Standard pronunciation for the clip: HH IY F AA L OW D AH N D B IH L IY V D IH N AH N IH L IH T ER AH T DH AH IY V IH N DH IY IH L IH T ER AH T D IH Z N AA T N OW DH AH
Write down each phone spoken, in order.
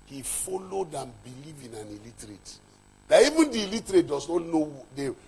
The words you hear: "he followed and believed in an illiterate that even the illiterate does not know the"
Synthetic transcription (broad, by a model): HH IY F AA L OW D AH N B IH L IY V IH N AH N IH L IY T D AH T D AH IY V IH N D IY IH L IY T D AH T D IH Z N AA T N OW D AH